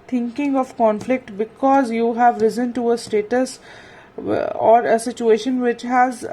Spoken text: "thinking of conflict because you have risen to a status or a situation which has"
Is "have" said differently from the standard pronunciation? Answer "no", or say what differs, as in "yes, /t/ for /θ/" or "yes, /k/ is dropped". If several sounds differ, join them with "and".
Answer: no